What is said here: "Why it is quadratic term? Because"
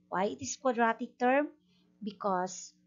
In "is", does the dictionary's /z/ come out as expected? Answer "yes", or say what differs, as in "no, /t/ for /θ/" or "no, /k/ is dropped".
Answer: no, /s/ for /z/